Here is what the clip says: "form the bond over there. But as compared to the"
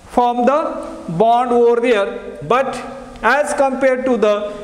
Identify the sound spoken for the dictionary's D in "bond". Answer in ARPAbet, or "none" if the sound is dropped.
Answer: D